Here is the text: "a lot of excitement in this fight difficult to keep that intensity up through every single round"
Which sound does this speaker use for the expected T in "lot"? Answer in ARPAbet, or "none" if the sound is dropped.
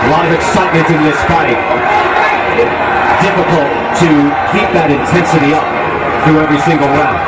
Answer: none